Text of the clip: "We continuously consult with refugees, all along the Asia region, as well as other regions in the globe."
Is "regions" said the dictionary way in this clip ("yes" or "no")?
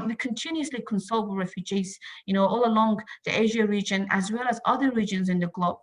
yes